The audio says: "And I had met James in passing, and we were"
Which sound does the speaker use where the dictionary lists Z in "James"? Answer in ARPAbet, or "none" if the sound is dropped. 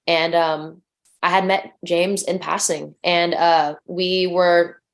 Z